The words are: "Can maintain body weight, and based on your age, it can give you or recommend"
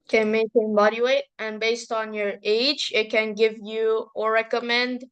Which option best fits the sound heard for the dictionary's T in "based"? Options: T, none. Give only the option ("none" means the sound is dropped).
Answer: T